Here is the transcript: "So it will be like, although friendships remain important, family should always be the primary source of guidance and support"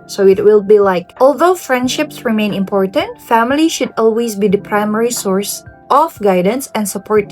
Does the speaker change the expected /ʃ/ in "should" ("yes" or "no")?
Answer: no